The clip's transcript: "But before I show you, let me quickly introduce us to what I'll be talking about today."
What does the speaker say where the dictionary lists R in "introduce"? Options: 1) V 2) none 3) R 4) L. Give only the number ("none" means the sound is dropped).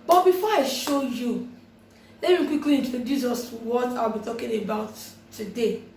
2